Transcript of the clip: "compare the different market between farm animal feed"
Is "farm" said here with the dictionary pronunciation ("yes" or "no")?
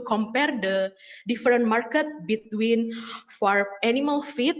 no